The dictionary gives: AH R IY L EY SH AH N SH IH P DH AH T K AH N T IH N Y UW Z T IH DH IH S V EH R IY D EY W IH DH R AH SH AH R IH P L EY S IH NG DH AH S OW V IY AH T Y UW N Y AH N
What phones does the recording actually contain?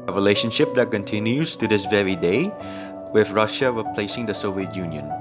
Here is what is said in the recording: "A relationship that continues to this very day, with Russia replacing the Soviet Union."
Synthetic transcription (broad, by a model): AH R IY L EY SH AH N SH IH P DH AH T K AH N T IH N Y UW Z T IH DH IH S V EH R IY D EY W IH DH R AH SH AH R IH P L EY S IH NG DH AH S OW V IY AH T Y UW N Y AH N